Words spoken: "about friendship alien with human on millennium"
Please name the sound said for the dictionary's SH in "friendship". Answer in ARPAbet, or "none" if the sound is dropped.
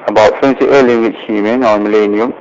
S